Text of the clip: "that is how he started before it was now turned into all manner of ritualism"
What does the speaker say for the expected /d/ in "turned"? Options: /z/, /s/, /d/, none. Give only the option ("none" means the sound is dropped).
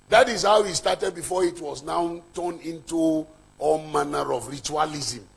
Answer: none